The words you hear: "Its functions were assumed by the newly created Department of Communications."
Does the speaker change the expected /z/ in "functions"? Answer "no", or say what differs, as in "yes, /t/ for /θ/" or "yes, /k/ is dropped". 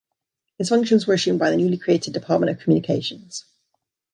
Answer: no